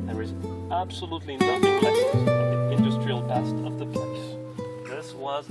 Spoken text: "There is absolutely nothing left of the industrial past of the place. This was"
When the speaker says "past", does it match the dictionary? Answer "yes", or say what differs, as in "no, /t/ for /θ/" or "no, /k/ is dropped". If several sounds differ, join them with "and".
no, /b/ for /p/